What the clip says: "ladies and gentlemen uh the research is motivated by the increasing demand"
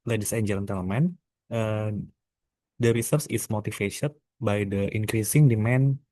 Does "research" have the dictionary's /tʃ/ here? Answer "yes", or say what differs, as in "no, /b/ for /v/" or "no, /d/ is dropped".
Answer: no, /s/ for /tʃ/